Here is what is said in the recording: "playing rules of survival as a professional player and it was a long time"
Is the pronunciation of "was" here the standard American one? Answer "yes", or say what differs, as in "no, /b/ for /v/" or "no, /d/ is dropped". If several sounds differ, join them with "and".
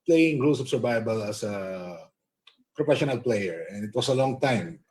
no, /s/ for /z/